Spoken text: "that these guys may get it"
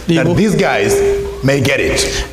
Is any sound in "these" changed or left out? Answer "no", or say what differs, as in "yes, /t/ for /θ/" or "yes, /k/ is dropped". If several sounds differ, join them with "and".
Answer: no